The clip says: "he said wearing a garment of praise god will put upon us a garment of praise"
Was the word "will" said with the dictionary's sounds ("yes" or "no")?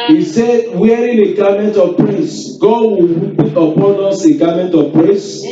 no